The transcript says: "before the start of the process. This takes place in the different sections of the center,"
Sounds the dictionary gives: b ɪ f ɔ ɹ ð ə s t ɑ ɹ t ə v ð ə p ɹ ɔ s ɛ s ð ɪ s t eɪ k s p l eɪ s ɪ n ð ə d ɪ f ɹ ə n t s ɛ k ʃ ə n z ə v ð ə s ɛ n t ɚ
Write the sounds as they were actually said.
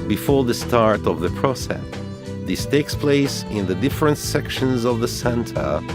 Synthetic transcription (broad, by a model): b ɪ f ɔ ɹ ð ə s t ɑ ɹ t ə v ð ə p ɹ ɔ s ɛ s ð ɪ s t eɪ k s p l eɪ s ɪ n ð ə d ɪ f ɹ ə n t s ɛ k ʃ ə n z ə v ð ə s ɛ n t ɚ